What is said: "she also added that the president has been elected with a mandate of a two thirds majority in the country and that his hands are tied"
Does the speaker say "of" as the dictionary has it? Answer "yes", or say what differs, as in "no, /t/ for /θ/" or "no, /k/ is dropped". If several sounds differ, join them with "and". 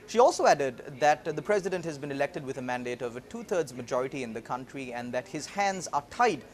yes